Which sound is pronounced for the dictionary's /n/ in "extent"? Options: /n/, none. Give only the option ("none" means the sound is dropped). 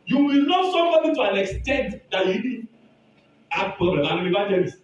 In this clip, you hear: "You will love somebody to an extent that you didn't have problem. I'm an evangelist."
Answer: /n/